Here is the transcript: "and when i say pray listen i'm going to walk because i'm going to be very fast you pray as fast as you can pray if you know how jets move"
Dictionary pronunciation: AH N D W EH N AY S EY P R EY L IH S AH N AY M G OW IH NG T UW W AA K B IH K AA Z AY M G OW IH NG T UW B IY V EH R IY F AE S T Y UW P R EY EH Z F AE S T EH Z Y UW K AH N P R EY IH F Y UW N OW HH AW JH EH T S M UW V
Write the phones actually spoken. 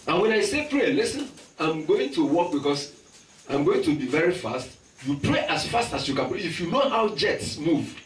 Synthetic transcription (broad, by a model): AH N W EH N AY S EY P R EY L IH S AH N AY M G OW IH NG T UW W AA K B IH K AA S AY M G OW IH NG T UW B IY V EH R IY F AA S T Y UW P R EY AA S F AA S T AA S Y UW K AH N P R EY IH F Y UW N OW HH AW JH EH T S M UW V